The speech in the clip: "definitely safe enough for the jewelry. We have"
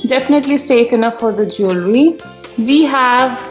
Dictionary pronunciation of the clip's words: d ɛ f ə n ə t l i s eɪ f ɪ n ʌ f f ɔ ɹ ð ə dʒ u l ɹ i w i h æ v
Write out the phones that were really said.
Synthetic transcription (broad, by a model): d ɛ f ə n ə t l i s eɪ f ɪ n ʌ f f ɔ ɹ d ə dʒ u l ɹ i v i h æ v